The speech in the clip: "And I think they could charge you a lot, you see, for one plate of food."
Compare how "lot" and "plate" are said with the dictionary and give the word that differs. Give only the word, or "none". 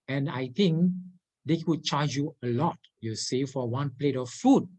none